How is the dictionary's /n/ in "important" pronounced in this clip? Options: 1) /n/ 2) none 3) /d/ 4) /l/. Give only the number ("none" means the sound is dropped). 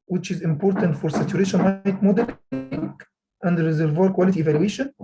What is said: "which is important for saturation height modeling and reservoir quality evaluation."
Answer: 1